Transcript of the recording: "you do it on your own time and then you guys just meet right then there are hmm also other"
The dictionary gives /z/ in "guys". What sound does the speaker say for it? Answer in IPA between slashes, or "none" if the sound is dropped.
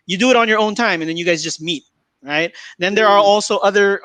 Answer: /z/